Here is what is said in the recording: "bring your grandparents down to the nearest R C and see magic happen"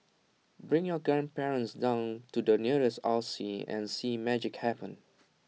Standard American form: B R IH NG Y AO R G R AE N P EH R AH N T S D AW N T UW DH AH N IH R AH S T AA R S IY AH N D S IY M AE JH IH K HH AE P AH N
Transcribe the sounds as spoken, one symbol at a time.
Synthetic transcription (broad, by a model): B R IH NG Y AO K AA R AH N P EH R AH N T S D AW N T UW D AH N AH R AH S T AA L S IY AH N S IY M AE JH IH K HH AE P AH N